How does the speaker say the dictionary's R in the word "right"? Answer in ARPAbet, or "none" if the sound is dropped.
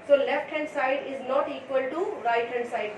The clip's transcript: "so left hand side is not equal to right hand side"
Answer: R